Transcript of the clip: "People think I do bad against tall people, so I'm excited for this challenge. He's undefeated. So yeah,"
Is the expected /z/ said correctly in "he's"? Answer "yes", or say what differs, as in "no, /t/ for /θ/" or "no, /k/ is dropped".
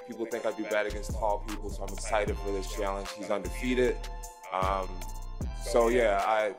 yes